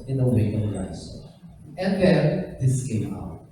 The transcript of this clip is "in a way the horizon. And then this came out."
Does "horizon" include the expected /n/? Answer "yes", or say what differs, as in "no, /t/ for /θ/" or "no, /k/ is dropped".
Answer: no, /n/ is dropped